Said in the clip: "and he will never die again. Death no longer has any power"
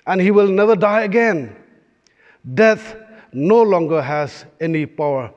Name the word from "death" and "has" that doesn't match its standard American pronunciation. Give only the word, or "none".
death